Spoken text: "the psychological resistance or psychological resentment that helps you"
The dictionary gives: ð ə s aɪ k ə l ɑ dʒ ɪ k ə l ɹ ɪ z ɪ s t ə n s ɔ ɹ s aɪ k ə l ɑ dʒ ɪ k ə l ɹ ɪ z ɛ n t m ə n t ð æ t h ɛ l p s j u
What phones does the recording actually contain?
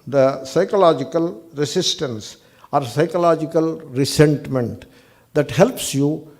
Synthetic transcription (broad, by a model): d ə s aɪ k ə l ɑ dʒ ɪ k ə l ɹ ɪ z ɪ s t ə n s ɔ ɹ s aɪ k ə l ɑ dʒ ɪ k ə l ɹ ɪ s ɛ n t m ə n t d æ t h ɛ l p s j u